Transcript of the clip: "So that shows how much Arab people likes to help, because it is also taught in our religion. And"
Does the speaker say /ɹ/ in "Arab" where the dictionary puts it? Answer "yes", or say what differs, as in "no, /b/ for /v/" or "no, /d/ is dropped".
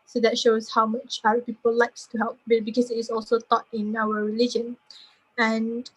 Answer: no, /ɹ/ is dropped